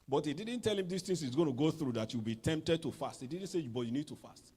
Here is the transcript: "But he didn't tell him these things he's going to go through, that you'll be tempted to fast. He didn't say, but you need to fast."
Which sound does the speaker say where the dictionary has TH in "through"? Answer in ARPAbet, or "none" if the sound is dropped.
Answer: TH